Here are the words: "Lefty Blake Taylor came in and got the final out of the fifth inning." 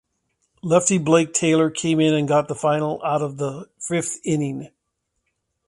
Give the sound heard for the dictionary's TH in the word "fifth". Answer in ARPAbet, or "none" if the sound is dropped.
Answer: TH